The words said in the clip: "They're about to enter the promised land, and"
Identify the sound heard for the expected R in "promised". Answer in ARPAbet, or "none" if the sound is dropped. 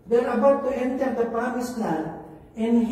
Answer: none